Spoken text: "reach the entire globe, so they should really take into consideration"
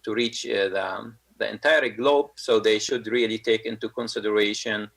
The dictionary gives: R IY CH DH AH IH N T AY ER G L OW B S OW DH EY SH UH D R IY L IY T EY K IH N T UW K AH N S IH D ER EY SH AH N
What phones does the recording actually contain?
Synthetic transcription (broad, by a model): R IY CH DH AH IH N T AY ER G L OW B S OW DH EY SH UH D R IY L IY T EY K IH N T UW K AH N S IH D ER EY SH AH N